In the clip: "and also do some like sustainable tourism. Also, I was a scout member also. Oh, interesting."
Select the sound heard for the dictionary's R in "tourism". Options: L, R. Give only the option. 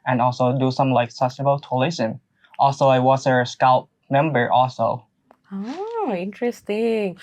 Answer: L